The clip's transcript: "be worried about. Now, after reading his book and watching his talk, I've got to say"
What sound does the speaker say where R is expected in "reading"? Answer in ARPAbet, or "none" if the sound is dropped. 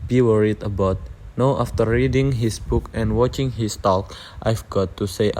R